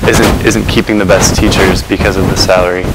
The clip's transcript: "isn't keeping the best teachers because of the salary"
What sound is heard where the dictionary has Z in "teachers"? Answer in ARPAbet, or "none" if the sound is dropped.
Z